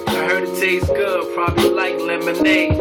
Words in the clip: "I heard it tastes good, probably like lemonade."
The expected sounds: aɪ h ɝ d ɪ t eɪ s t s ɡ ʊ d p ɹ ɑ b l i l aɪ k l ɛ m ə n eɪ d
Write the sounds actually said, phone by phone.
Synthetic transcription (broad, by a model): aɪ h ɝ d ɪ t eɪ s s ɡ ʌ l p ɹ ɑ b i l aɪ k l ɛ m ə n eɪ